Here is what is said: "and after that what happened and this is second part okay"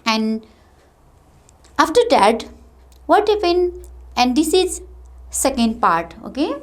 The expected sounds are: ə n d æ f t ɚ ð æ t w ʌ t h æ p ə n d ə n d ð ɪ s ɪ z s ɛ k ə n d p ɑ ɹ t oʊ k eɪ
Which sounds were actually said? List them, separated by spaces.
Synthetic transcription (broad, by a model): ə n d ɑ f t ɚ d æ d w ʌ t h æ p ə n ə n d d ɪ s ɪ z s ɛ k ə n d p ɑ ɹ t oʊ k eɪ